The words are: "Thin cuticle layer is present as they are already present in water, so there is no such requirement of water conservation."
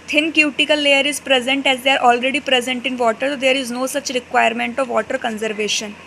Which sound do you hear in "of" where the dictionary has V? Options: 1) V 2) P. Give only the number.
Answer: 1